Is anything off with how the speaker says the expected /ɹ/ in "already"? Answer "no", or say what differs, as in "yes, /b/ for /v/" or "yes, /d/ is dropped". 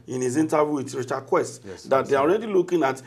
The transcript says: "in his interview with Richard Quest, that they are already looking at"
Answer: no